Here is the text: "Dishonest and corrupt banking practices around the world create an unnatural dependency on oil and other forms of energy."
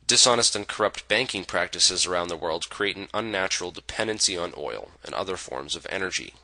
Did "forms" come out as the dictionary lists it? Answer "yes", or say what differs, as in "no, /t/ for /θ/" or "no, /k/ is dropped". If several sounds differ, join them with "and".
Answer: yes